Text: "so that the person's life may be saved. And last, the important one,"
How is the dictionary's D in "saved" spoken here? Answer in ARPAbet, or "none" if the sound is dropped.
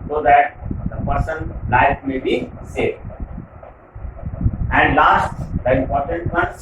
none